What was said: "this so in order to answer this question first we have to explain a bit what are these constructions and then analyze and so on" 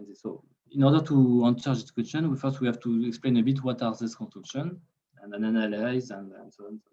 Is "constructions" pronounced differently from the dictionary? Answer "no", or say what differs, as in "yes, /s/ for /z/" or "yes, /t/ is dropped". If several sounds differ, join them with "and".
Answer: yes, /z/ is dropped